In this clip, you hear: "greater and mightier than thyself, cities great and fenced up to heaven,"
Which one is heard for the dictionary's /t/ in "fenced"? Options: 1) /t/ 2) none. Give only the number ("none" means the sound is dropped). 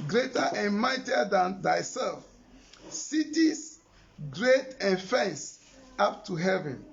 2